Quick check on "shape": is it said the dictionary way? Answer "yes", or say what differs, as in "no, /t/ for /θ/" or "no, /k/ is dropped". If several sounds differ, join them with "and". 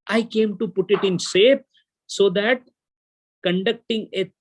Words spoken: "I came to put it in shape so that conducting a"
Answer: no, /s/ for /ʃ/